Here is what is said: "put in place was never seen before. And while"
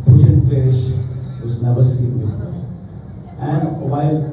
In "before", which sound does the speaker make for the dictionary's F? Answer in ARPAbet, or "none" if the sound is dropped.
none